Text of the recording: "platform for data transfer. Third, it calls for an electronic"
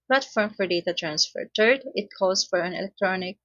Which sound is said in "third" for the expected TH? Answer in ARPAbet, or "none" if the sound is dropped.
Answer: T